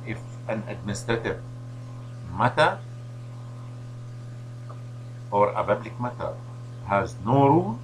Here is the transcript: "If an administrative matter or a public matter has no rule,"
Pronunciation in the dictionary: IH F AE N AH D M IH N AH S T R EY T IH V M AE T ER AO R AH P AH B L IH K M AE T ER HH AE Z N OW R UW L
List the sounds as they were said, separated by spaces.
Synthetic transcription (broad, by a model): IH F AE N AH D M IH N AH S T R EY T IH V M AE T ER AO R AH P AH B L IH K M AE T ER HH AE Z N OW R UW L